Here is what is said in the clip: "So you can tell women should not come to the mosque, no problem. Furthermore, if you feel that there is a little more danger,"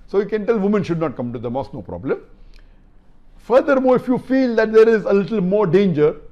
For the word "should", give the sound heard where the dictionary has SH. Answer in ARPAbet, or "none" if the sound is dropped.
SH